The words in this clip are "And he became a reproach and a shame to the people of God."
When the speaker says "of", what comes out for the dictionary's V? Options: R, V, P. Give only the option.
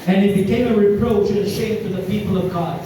V